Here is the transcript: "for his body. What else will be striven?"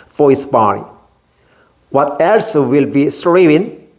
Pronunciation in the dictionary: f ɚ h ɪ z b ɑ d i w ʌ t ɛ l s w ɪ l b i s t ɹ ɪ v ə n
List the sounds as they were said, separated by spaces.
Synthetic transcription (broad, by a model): f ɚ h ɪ s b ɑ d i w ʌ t ɛ l s w ɪ l b i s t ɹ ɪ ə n